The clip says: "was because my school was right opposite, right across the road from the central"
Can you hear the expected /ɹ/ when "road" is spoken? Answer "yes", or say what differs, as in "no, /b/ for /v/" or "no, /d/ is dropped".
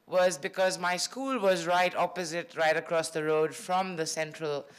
yes